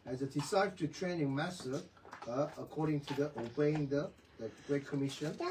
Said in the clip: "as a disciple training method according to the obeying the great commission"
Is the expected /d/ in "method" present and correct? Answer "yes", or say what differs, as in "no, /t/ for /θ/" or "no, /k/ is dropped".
no, /d/ is dropped